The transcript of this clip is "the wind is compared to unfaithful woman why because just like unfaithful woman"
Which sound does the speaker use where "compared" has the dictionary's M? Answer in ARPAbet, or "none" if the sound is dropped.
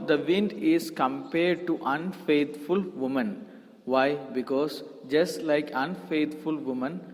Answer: M